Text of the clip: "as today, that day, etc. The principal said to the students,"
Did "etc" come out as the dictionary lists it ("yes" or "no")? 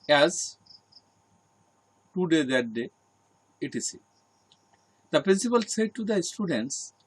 no